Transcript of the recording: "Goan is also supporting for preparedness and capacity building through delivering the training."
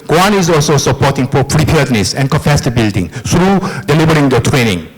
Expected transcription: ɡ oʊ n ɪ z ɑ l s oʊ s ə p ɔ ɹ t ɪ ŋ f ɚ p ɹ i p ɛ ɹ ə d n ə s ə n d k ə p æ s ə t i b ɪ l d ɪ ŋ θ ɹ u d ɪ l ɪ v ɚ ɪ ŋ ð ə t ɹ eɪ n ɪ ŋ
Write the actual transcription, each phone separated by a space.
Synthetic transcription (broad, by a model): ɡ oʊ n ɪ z ɑ l s oʊ s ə p ɔ t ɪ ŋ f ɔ p ɹ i p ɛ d n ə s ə n k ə f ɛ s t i b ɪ l d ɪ ŋ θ ɹ u d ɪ l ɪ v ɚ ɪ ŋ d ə t ɹ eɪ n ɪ ŋ